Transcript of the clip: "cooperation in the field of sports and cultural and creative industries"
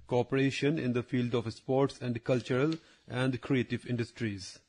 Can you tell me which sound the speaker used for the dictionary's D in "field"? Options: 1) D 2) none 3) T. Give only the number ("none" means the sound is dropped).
1